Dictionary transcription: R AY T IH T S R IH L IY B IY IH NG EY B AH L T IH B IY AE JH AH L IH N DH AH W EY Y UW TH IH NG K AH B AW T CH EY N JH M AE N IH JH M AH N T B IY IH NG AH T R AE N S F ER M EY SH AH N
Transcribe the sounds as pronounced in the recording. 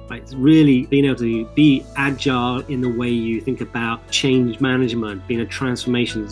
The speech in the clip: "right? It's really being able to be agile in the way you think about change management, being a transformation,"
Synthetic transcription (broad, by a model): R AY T IH T S R IH L IY B IY IH NG EY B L T IH B IY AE JH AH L IH N DH AH W EY Y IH TH IH NG K AH B AW T CH EY N JH M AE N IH JH M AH N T B IY IH NG AH T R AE N S F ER M EY SH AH N